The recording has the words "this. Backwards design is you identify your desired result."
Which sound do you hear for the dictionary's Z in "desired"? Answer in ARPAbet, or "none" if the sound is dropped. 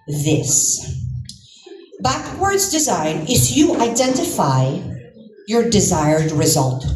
Z